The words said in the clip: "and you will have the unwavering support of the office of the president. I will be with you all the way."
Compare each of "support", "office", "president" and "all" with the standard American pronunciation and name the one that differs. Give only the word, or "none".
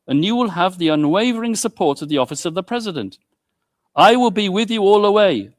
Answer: none